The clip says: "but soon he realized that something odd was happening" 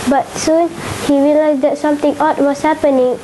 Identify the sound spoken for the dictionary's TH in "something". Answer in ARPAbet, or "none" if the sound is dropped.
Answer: T